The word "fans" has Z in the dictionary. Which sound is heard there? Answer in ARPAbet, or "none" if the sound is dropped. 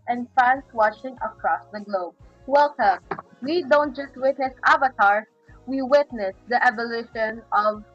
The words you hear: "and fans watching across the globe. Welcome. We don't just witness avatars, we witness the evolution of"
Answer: S